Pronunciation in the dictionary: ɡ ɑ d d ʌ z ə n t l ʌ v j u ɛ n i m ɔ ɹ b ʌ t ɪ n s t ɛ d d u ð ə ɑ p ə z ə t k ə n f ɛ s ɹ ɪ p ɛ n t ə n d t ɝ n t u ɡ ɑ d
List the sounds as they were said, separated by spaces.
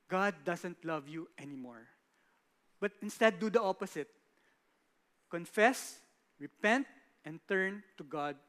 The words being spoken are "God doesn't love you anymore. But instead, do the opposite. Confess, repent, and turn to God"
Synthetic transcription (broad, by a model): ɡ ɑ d d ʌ s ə n t l ʌ v j u ɛ n i m ɔ ɹ b ʌ t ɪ n s t ɛ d d u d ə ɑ p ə s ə t k ə n f ɛ s ɹ ɪ p ɛ n t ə n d t ɝ n t u ɡ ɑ d